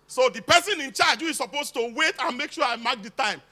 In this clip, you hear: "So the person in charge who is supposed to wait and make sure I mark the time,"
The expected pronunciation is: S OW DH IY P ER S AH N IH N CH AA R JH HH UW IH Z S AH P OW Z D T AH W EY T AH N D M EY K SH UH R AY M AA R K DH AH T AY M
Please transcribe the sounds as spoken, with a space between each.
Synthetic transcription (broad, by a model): S OW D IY P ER S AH N IH N CH AA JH HH UW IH S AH P OW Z T AH W EY T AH N M EY K SH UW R AY M AA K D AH T AY M